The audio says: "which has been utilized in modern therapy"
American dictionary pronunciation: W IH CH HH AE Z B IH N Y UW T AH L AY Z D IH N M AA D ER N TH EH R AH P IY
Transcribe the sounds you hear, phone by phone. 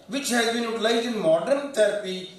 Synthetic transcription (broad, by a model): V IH CH HH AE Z B IH N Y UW T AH L AY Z IH N M AA D ER N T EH R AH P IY